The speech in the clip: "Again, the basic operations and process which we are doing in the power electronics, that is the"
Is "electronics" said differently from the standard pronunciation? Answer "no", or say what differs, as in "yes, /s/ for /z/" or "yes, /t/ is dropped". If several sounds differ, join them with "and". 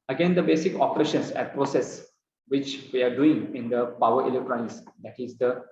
yes, /n/ is dropped